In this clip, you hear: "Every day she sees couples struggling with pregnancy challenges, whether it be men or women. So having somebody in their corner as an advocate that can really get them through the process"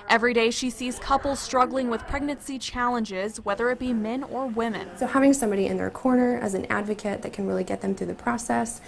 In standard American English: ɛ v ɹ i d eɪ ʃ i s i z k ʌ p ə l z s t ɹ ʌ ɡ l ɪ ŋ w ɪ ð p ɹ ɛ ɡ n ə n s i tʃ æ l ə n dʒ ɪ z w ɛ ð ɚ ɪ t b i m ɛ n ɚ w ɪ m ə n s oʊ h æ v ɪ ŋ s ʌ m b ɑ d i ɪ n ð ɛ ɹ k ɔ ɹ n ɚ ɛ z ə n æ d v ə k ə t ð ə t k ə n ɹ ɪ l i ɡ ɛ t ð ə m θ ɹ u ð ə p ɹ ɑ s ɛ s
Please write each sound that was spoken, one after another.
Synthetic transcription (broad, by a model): ɛ v ɹ i d eɪ ʃ i s i z k ʌ p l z s t ɹ ʌ ɡ l ɪ ŋ w ɪ ð p ɹ ɛ ɡ n ə n s i tʃ æ l ə n dʒ ɪ z w ɛ ð ɚ ɪ t b i m ɛ n ɚ w ɪ m ə n s oʊ h æ v ɪ ŋ s ʌ m b ɑ d i ɪ n ð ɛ ɹ k ɔ ɹ n ɚ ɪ z n æ d v ə k ə t ð ə t k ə n ɹ ɪ l i ɡ ɛ t ð ə m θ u ð ə p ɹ ɑ s ɛ s